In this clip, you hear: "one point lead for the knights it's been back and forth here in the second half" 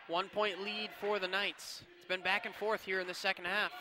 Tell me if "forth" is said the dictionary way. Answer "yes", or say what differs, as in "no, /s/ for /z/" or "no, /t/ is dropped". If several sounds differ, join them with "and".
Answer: yes